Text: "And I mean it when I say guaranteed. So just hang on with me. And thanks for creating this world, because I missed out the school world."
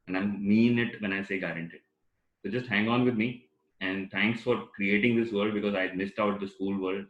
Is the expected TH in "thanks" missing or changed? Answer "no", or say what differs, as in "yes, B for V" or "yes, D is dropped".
yes, T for TH